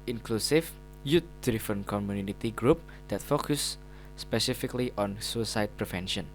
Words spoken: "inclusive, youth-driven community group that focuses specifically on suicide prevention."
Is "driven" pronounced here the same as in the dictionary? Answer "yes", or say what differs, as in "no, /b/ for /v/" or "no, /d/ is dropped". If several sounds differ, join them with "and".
no, /f/ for /v/